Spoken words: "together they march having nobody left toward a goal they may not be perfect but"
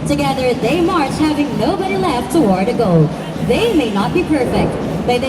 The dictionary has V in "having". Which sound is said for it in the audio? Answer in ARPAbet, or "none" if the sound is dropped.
V